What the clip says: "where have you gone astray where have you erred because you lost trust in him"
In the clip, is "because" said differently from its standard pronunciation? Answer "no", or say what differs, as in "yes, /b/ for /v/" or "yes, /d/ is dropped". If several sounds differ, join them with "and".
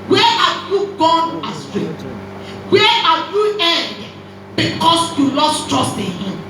yes, /s/ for /z/